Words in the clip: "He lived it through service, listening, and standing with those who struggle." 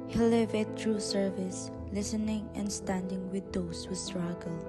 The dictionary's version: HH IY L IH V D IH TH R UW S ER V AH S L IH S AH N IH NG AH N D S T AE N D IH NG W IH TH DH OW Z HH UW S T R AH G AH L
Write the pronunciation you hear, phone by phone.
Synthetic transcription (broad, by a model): HH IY L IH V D IH T R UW S ER V AH S L IH S AH N IH NG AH N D S T AE N D IH NG W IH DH OW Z HH UW S T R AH G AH L